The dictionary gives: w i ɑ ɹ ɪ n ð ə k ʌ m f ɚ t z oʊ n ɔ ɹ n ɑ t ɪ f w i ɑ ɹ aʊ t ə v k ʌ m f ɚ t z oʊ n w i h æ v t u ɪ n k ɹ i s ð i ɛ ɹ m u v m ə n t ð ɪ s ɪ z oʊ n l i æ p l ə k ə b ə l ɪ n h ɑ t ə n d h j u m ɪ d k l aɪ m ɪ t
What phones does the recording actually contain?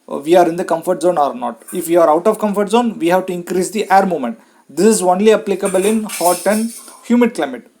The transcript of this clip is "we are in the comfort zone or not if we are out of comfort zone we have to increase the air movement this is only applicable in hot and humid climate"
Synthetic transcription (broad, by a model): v i ɑ ɹ ɪ n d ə k ʌ m f ɚ t z oʊ n ɔ ɹ n ɑ t ɪ f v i ɑ ɹ aʊ t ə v k ʌ m f ɚ t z oʊ n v i h æ v t u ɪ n k ɹ i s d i ɛ ɹ m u m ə n t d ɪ s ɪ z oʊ n l i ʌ p l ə k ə b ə l ɪ n h ɑ t ə n d h j u m ɪ d k l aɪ m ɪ t